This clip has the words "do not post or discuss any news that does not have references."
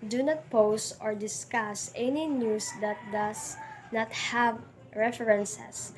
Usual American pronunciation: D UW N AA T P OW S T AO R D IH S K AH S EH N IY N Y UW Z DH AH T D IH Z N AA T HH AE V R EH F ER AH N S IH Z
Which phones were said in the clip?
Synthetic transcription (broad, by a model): D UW N AA T P OW S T AO R D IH S K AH S EH N IY N Y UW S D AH T D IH S N AA T HH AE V R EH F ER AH N S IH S